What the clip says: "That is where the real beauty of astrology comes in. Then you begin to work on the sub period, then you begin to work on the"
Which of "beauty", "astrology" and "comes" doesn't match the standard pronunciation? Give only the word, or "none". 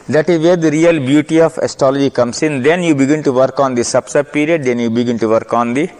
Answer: comes